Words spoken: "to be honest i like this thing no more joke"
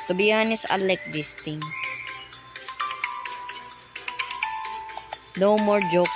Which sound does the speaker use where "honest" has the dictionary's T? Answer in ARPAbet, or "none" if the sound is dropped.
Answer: none